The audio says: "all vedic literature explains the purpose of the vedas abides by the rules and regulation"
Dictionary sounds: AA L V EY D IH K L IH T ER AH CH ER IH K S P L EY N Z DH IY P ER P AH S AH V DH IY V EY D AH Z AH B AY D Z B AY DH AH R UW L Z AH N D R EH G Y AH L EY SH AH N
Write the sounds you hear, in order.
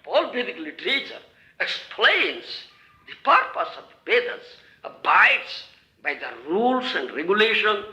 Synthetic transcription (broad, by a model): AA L B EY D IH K L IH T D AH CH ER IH K S P L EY N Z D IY P ER P AH S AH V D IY B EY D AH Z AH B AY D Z B AY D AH R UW L S AH N D R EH G Y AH L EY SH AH N